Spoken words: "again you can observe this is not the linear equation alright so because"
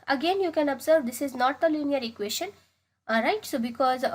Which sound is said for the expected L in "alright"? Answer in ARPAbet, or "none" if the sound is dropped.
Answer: none